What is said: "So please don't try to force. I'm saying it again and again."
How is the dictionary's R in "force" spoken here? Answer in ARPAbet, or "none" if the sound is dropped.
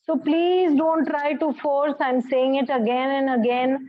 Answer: R